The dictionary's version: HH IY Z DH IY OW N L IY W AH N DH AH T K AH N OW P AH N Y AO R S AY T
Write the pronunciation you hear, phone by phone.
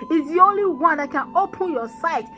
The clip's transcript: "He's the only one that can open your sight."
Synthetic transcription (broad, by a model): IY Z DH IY OW N L IY W AH N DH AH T K AH N OW P AH N Y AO S AY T